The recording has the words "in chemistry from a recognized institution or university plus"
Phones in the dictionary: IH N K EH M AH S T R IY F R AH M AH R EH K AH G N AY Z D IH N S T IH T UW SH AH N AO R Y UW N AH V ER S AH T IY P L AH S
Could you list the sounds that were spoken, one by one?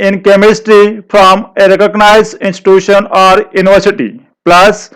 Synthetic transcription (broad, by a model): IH N K EH M AH S T R IY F R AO M AH R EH K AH G N AY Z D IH N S T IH T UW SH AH N AO R Y UW N AH V ER S AH T IY P L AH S